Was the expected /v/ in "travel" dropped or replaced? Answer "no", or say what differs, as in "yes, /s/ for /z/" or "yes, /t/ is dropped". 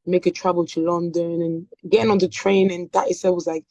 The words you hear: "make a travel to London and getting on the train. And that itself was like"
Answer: yes, /b/ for /v/